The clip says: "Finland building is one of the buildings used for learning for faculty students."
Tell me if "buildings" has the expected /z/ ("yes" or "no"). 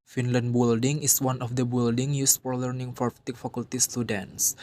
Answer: no